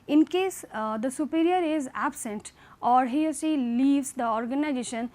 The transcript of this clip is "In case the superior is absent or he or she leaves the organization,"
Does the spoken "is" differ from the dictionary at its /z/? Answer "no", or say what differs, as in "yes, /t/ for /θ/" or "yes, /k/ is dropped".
no